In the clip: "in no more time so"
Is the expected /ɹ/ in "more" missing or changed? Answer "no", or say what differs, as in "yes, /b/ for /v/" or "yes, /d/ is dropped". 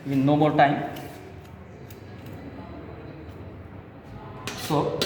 yes, /l/ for /ɹ/